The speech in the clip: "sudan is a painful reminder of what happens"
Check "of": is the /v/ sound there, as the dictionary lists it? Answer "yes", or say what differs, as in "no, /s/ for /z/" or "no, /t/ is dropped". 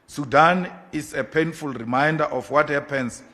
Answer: no, /f/ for /v/